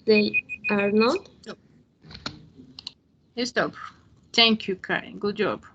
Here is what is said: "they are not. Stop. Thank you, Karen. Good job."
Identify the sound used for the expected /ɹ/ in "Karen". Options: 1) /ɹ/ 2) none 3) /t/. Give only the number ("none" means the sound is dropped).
2